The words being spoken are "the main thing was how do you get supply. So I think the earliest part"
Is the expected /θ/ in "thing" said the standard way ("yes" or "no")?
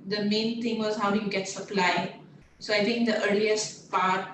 no